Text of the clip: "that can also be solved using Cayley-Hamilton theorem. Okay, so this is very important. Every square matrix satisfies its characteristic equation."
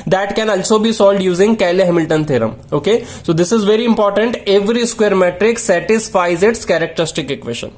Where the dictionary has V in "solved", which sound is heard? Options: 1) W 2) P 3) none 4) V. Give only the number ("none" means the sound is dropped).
3